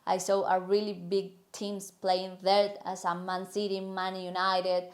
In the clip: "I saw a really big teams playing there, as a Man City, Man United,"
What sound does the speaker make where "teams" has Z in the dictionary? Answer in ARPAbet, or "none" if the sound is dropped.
S